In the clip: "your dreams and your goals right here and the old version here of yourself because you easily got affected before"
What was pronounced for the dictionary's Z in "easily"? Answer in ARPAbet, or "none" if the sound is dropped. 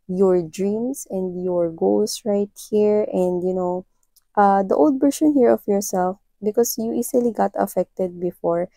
S